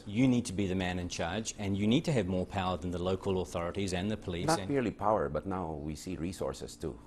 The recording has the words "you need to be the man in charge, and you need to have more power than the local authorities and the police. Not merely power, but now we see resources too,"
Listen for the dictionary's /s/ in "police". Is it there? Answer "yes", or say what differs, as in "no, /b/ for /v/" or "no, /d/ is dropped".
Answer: no, /s/ is dropped